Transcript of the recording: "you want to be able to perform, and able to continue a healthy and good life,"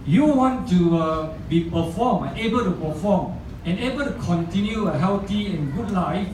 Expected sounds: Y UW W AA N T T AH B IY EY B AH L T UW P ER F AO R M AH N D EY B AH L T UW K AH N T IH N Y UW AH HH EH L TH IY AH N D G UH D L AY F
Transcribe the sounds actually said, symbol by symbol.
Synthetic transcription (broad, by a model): Y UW W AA N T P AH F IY EY B AH L T UW P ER F AO M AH N EY B AH L T UW K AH N T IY N Y UW AH HH EH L T IY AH N G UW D L AY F